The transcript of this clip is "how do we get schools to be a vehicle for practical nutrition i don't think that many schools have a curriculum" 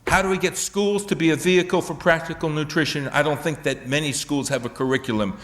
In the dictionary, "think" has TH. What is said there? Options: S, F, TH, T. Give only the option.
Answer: TH